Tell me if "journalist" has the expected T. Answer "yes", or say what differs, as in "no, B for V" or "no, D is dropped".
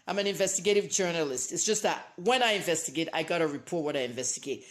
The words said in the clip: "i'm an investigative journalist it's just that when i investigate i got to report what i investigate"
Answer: yes